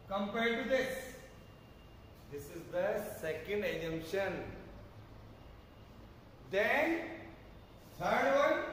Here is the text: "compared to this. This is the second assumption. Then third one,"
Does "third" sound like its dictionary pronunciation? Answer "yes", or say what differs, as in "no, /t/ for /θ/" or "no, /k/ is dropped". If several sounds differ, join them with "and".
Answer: no, /s/ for /θ/